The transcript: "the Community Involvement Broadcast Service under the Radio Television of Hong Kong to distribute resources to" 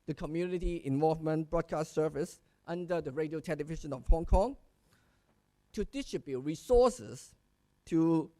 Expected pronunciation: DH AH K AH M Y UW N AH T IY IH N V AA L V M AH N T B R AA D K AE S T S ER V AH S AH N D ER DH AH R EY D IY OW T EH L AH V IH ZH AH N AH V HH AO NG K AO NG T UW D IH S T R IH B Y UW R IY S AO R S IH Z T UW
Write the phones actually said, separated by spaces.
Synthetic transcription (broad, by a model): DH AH K AH M Y UW N AH T IY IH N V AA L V M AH N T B R AA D K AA S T S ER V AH S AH N D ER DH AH R EY D IY OW T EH L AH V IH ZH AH N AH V HH AO NG K AO NG T UW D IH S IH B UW R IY S AO S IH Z T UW